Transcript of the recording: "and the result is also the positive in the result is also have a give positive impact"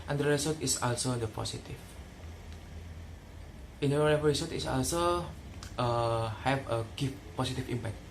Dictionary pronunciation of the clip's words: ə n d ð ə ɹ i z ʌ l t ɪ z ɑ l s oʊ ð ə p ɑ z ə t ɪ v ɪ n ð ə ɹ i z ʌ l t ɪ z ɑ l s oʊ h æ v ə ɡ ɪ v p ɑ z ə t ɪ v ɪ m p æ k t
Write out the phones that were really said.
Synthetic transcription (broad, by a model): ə n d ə ɹ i s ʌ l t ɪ s ɑ l s oʊ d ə p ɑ s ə t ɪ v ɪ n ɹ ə ɹ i s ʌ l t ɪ s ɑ l s oʊ h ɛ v ə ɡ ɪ f p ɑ s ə t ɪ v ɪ m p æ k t